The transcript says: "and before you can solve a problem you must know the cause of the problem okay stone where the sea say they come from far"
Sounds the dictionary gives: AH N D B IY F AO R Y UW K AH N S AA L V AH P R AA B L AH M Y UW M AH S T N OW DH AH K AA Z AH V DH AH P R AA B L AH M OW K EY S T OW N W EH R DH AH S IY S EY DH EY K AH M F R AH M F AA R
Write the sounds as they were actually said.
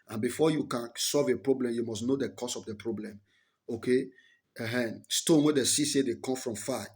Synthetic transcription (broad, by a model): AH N B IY F AO Y UW K AH N S AA L V AH P R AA B L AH M Y UW M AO S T N OW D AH K AA S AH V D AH P R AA B L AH M OW K EY S T OW N W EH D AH S IY S EY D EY K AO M F R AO M F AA